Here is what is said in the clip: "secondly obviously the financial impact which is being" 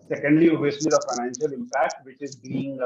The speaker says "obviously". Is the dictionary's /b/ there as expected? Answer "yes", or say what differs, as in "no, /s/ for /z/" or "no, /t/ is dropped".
no, /b/ is dropped